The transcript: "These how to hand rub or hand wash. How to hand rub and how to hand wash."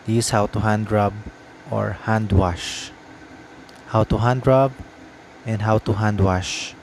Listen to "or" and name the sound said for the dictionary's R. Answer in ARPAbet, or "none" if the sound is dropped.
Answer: R